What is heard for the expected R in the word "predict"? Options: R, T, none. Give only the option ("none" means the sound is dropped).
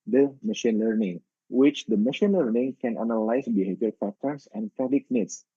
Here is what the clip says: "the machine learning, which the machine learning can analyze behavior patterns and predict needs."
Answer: none